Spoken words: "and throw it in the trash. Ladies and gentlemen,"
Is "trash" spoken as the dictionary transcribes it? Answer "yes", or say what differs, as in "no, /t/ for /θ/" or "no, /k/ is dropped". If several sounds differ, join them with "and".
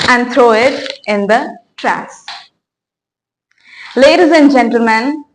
no, /s/ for /ʃ/